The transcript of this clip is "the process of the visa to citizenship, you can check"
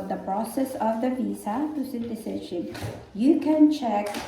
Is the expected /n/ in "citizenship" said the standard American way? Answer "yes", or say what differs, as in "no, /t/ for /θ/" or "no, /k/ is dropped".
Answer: no, /n/ is dropped